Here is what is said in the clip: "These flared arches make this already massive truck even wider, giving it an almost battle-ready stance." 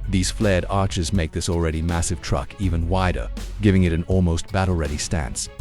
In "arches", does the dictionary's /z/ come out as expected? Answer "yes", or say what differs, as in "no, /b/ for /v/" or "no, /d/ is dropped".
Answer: yes